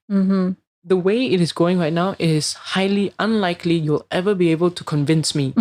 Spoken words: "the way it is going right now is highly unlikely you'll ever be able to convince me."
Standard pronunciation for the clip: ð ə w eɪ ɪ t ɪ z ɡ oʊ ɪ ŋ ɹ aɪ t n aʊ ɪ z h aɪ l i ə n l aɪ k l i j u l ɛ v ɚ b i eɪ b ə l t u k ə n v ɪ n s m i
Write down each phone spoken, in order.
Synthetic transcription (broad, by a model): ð ə w eɪ ɪ t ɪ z ɡ oʊ ɪ ŋ ɹ aɪ t n aʊ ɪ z h aɪ l i ə n l aɪ k l i j u l ɛ v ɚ b i eɪ b ə l t u k ə n v ɪ n s m i